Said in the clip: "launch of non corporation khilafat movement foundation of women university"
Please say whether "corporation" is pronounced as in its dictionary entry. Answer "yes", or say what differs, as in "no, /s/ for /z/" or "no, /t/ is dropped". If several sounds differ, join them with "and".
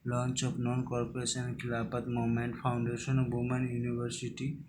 no, /s/ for /ʃ/